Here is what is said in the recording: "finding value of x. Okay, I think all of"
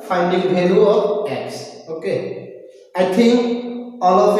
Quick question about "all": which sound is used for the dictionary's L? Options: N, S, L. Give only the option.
L